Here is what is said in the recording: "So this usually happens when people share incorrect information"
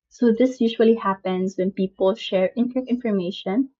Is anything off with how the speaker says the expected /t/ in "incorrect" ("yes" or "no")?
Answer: yes